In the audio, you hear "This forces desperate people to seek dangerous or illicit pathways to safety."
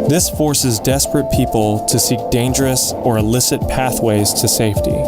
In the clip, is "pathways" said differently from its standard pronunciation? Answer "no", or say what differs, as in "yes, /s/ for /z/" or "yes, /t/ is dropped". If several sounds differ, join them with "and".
no